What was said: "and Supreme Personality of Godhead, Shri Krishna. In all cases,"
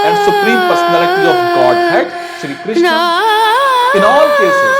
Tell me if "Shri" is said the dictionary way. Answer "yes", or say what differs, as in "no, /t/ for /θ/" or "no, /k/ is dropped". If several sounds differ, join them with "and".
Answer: yes